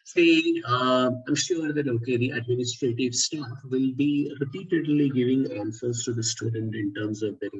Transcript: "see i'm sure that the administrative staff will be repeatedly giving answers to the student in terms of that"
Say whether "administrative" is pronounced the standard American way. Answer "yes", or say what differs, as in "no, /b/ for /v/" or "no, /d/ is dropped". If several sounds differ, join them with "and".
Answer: yes